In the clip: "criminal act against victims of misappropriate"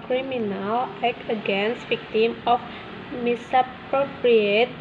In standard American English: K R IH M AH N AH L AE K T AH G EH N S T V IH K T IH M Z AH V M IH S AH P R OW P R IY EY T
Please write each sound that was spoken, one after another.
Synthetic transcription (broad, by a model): K R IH M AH N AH L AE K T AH G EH N S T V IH K T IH M AH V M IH S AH P R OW P R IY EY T